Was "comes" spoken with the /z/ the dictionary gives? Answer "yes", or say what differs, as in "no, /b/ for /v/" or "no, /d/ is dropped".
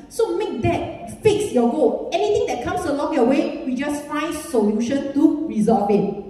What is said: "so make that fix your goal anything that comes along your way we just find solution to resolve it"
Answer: no, /s/ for /z/